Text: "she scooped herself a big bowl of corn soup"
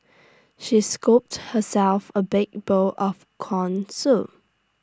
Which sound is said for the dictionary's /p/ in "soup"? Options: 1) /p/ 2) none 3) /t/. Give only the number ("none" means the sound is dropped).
2